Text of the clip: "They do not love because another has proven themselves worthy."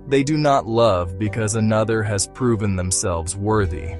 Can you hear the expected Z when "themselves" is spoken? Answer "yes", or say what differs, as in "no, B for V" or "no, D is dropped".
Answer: yes